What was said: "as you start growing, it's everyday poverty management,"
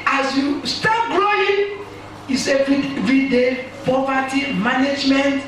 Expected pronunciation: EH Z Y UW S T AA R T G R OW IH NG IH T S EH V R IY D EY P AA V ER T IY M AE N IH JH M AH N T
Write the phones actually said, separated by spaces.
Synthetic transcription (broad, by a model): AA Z Y UW S T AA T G L OW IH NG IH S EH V R IY D EY P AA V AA T IY M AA N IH JH M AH N T